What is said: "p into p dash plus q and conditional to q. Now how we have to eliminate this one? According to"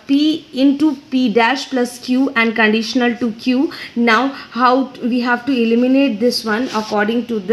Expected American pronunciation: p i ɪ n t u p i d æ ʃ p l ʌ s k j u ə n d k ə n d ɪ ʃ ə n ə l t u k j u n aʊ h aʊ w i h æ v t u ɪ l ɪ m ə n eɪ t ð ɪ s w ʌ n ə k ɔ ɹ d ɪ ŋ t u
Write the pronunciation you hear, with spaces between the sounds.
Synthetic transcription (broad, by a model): p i ɪ n t u p i d æ ʃ p l ʌ s k j u ə n d k ə n d ɪ ʃ ə n ə l t u k j u n aʊ h aʊ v i h æ v t u ɪ l ɪ m ə n eɪ t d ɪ s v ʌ n ə k ɔ ɹ d ɪ ŋ t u